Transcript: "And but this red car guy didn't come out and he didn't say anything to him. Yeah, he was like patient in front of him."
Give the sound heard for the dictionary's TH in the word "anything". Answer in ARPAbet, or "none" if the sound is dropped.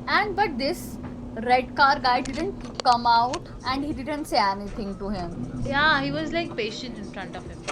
T